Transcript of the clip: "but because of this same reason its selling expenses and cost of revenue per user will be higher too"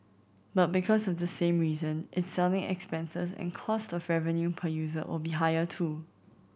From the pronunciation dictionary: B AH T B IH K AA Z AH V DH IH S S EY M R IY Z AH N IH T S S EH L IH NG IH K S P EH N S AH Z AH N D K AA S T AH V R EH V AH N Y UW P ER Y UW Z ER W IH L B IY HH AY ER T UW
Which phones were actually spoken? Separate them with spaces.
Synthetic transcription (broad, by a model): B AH T B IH K AA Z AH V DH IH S S EY M R IY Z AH N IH T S S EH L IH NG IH K S P EH N S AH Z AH N K AA S T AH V R EH V AH N Y UW P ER Y UW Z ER W IH L B IY HH AY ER T UW